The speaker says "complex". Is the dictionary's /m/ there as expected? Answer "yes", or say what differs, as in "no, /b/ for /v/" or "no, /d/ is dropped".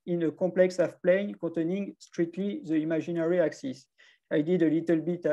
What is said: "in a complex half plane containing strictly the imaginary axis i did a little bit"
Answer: no, /m/ is dropped